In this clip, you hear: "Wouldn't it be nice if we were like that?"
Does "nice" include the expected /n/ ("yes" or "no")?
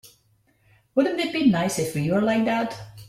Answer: yes